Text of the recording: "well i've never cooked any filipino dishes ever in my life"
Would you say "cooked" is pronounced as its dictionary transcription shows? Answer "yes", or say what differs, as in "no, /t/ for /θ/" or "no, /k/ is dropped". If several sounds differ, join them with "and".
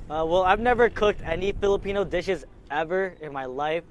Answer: yes